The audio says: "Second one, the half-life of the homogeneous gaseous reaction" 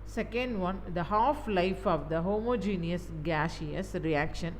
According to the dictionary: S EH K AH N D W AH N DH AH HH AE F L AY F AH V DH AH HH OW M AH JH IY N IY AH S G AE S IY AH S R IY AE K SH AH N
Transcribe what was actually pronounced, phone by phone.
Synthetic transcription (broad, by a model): S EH K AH N D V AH N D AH HH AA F L AY F AH V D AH HH OW M AH JH IY N IY AH S G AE SH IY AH S R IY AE K SH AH N